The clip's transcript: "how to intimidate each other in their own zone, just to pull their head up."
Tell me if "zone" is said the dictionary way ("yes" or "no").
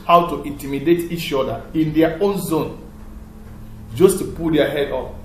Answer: yes